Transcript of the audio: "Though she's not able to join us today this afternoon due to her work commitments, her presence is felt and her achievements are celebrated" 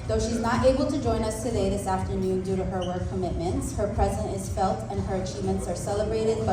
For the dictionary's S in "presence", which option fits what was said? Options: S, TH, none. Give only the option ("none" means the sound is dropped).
none